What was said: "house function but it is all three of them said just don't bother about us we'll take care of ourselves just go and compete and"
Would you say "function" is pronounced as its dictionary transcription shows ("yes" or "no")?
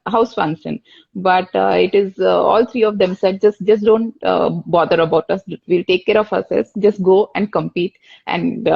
no